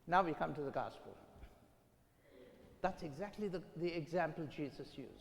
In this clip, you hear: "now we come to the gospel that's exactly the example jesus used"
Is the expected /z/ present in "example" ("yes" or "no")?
yes